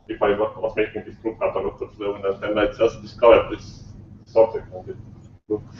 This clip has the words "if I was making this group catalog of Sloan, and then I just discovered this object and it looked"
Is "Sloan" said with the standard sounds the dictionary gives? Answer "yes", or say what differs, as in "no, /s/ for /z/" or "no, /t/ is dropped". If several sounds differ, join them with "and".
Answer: no, /n/ is dropped